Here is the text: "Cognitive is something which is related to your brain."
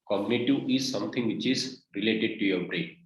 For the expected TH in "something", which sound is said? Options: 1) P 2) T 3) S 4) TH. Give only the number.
2